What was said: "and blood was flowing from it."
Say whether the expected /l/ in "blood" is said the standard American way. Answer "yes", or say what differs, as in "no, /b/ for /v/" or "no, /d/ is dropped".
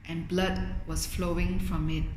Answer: yes